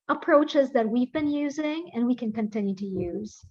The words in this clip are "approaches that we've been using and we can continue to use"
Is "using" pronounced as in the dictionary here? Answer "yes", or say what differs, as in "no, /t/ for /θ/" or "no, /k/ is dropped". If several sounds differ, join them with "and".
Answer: yes